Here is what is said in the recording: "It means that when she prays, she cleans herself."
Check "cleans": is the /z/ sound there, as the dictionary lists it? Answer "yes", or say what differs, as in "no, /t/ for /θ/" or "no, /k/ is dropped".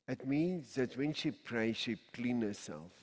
no, /z/ is dropped